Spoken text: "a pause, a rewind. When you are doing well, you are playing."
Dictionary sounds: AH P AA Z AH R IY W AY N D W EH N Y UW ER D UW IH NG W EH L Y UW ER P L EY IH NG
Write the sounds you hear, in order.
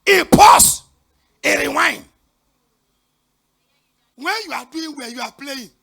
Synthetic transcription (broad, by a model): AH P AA S AH R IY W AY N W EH Y UW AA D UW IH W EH Y UW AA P L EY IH